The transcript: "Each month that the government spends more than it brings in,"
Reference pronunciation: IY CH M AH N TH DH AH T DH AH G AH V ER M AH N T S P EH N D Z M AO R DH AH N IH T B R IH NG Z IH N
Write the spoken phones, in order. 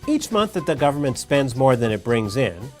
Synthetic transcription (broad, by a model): IY CH M AH N TH DH AH T DH AH G AH V ER M AH N T S P EH N D Z M AO R DH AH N IH T B R IH NG Z IH N